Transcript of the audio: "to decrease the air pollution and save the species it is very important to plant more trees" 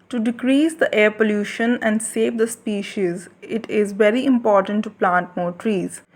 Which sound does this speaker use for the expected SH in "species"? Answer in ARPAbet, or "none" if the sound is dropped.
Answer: SH